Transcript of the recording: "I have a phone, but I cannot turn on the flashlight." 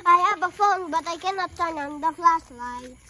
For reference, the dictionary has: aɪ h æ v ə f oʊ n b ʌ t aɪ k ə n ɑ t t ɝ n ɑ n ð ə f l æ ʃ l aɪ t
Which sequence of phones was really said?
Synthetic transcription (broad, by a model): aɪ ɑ b ə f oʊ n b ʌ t aɪ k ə n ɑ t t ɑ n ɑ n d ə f l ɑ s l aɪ